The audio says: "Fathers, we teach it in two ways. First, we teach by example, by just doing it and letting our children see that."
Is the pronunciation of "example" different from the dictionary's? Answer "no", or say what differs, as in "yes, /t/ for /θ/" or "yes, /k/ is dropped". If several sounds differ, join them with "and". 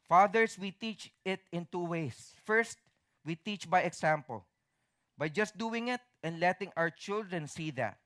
yes, /s/ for /z/